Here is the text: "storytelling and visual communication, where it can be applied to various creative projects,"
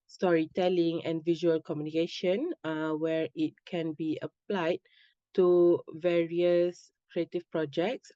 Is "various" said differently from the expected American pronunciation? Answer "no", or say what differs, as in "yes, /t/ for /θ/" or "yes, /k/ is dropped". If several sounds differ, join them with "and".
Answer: no